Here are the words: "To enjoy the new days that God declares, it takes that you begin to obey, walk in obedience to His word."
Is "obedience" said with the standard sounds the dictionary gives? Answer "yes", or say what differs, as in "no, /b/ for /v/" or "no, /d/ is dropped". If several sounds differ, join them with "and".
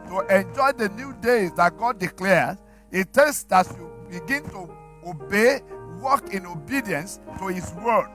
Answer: yes